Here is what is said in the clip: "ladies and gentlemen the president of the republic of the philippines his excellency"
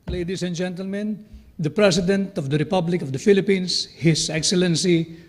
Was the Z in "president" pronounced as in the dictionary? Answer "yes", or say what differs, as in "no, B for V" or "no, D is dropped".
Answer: no, S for Z